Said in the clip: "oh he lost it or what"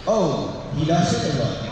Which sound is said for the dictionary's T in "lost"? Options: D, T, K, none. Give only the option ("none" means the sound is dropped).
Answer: none